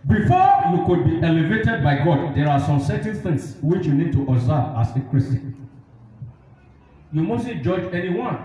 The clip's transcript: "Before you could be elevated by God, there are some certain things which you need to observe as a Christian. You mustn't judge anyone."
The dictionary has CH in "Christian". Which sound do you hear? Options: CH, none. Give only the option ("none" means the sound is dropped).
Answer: none